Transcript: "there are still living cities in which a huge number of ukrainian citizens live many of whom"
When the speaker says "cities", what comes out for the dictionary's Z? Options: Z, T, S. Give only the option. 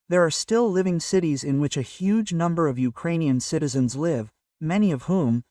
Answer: Z